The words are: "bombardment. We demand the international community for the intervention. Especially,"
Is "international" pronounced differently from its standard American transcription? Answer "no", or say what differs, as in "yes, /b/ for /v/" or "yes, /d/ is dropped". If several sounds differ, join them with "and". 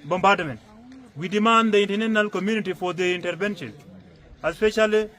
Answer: yes, /ʃ/ is dropped